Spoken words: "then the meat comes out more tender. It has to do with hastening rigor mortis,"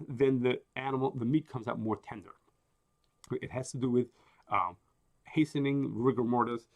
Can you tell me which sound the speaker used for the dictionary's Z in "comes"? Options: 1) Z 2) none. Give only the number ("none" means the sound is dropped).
1